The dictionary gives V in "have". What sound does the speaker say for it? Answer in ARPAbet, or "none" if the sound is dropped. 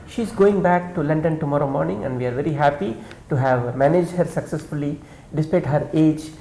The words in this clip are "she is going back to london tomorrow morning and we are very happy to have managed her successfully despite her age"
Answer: V